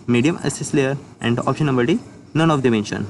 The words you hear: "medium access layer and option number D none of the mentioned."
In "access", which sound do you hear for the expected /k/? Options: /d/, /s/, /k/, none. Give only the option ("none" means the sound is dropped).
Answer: none